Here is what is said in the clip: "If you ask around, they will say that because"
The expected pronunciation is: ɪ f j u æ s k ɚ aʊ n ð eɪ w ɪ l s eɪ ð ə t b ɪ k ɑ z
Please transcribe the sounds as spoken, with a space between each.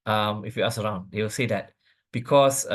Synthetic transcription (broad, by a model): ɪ f j u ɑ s ɚ aʊ n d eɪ w ɪ l s eɪ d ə t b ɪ k ɑ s